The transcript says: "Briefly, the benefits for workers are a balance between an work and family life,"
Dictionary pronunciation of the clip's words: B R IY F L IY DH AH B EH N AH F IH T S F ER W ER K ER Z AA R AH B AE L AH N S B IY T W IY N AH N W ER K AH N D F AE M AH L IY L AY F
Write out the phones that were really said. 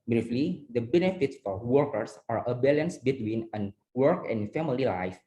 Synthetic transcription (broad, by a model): B R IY F L IY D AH B EH N AH F IH T S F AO W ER K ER S AA R AH B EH L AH N S B IY T W IY N AH N W ER K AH N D F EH M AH L IY L AY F